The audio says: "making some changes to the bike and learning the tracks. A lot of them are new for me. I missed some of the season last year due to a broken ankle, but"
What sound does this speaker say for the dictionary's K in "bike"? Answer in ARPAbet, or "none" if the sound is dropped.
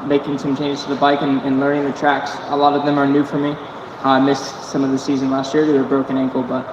K